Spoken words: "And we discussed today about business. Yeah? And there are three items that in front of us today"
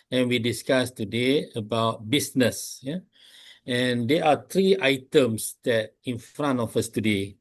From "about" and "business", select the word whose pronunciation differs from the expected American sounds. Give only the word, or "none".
business